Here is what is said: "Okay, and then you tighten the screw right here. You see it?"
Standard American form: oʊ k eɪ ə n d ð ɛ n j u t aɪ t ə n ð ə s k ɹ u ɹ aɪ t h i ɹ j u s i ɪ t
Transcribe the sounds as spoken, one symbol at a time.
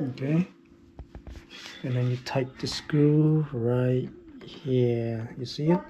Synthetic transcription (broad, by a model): oʊ k eɪ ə n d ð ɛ n j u t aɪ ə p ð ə s k u ɹ aɪ t h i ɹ j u s i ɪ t